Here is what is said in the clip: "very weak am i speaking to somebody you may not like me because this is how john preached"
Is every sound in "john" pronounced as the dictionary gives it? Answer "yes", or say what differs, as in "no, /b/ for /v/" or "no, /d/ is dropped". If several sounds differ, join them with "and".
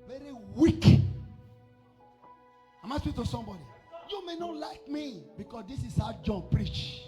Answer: yes